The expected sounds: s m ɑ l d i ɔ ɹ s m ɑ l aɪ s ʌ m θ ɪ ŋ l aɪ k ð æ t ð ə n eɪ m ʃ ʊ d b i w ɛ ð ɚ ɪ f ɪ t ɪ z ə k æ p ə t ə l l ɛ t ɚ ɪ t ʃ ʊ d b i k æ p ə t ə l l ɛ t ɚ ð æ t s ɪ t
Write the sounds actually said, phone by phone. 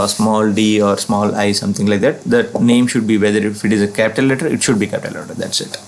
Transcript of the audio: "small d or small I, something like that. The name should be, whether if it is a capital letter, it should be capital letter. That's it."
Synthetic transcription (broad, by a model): s m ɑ l d i ɔ ɹ s m ɑ l aɪ s ʌ m t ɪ ŋ l aɪ k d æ t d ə n eɪ m ʃ ʊ d b i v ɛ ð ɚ ɪ f ɪ t ɪ z ə k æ p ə t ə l l ɛ t ɚ ɪ t ʃ ʊ d b i k æ p ə t ə l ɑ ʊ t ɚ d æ t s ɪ t